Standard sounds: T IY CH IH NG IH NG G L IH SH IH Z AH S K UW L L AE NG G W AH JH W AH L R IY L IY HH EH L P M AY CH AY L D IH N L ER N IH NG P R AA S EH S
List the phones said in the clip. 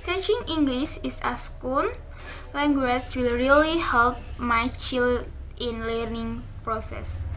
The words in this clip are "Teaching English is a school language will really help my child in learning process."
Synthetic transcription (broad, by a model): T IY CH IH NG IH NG G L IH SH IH S AH S K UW N L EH NG G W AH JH W AH L R IY L IY HH EH L P M AY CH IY L IH N L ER N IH NG P R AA S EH S